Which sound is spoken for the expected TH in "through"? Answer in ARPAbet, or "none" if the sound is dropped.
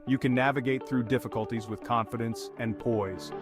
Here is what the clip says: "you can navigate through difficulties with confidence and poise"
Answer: TH